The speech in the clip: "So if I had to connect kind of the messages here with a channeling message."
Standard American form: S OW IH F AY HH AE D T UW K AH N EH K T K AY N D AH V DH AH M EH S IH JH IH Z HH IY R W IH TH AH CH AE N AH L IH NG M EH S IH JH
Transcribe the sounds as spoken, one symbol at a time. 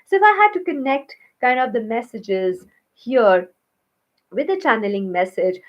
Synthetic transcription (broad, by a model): S OW IH F AY HH AE D T UW K AH N EH K T K AY N D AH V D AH M EH S IH JH IH Z HH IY R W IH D AH CH AE N AH L IH NG M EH S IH JH